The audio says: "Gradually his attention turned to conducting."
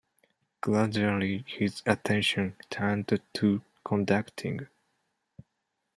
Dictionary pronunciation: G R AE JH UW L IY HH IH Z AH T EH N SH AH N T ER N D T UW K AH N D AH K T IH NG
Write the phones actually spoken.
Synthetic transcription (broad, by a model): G L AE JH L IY HH IH Z AH T EH N SH AH N T ER N D T UW K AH N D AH K T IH NG